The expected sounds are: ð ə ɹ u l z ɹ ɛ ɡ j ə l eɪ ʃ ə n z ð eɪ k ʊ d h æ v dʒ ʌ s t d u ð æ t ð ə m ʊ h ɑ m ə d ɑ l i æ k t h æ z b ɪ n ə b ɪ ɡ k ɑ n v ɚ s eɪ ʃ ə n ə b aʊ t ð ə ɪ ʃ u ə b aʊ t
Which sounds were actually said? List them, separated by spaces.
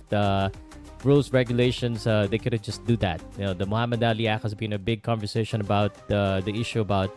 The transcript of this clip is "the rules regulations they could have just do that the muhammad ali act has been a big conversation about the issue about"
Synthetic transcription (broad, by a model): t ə ɹ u l s ɹ ɛ ɡ j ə l eɪ ʃ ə n s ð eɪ k ʊ d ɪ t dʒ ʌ s t d u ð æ t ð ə m ʊ h ɑ m ə d ɑ l i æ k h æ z b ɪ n ə b ɪ ɡ k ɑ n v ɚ s eɪ ʃ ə n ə b aʊ t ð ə ɪ ʃ u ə b aʊ t